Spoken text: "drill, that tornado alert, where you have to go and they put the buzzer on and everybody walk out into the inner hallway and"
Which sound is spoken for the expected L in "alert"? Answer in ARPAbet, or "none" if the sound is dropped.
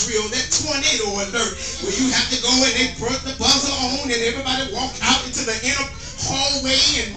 N